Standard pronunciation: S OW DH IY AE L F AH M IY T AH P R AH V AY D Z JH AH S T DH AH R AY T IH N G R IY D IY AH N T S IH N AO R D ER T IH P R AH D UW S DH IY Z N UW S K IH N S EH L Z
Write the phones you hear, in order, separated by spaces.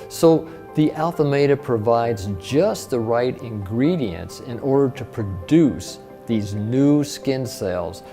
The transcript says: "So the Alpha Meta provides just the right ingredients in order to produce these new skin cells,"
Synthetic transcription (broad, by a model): S OW DH IY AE L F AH M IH T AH P R AH V AY D Z JH AH S T DH AH R AY T IH N G R IY D IY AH N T S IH N AO R D ER T IH P R AH D UW S DH IY Z N UW S K IH N S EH L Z